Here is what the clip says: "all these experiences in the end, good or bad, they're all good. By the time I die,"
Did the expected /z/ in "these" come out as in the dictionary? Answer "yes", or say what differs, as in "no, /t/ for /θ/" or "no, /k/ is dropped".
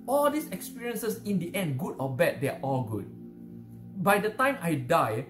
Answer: no, /s/ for /z/